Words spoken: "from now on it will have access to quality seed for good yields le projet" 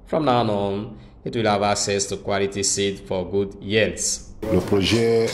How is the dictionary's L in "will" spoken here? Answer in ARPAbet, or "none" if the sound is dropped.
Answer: L